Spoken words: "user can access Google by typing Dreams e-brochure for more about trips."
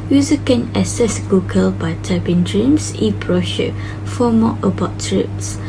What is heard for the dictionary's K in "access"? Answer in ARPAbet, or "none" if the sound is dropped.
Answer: none